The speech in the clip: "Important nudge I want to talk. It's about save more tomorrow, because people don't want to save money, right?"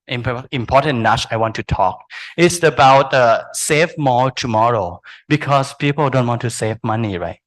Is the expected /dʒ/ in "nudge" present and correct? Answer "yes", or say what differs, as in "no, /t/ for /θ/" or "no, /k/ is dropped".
no, /tʃ/ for /dʒ/